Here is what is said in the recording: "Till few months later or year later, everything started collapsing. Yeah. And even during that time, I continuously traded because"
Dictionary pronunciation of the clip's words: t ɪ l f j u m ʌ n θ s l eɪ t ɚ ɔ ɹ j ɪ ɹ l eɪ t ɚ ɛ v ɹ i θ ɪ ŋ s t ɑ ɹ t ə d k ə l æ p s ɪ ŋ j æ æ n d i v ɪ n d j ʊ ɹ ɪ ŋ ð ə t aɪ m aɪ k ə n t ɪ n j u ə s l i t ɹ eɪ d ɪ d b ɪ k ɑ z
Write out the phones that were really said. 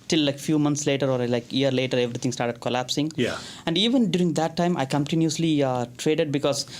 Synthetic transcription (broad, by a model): t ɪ l f j u m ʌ n t s l eɪ t ɚ ɔ ɹ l ɪ ɹ l eɪ t ɚ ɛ v ɹ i t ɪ ŋ s t ɑ ɹ t ə d k ə l æ p s ɪ ŋ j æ æ n d i v ɪ n d j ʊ ɹ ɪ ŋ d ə t aɪ m aɪ k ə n t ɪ n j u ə s l i t ɹ eɪ d ɪ d b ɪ k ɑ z